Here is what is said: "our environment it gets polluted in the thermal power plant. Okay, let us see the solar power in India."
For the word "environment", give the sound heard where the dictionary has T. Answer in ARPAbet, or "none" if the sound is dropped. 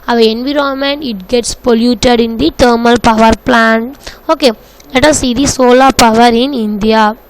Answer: none